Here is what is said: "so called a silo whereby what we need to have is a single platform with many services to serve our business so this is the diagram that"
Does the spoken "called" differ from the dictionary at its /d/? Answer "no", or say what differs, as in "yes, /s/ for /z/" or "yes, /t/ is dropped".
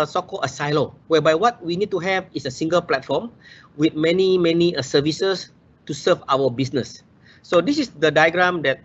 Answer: yes, /d/ is dropped